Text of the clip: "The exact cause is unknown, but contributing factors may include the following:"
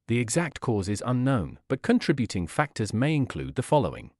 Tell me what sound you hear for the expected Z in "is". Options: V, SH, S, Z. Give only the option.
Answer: Z